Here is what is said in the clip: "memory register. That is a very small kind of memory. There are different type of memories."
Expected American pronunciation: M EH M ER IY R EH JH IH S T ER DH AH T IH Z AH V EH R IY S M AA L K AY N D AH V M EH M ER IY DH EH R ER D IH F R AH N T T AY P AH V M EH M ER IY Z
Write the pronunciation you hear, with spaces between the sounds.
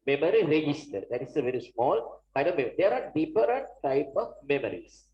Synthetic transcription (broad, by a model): M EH M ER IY R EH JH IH S T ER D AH T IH S AH V EH R IY S M AA L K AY D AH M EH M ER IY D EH R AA D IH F R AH N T T AY P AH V M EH M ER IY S